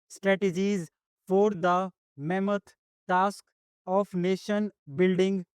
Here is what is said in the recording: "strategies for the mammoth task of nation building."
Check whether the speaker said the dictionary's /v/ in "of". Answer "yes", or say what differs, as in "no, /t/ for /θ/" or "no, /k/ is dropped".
no, /p/ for /v/